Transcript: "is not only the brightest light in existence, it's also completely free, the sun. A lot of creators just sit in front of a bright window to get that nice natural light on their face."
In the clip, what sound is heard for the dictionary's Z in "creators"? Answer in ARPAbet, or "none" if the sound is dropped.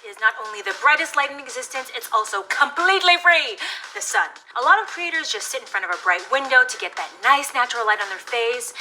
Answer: Z